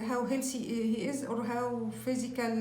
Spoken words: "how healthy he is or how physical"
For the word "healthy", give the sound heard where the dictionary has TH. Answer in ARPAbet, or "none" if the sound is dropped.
S